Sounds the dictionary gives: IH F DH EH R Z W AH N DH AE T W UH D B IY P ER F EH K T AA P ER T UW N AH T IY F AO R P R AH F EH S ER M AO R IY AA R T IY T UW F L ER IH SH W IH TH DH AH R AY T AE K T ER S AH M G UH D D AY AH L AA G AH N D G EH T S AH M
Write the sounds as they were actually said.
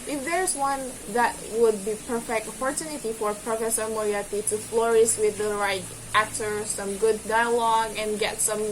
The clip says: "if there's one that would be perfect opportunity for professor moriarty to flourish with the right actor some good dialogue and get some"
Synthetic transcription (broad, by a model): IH F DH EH R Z W AH N DH AE T W UH D B IY P ER F EH K T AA P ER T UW N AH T IY F AO R P R AH F EH S ER M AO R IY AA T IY T UW F L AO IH S W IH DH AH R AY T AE K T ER S AH M G UH D D AY AH L AA G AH N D G EH T S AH M